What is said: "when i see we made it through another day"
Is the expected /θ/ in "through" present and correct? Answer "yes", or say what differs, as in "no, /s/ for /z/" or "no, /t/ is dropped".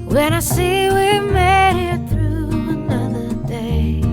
yes